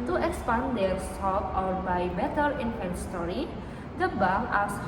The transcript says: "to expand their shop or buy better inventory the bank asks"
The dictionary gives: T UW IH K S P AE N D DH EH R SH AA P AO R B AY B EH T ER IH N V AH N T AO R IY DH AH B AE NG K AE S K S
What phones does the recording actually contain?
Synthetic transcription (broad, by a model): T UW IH K S P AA N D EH R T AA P AO R B AY B EH T ER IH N F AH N T AO R IY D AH B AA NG AA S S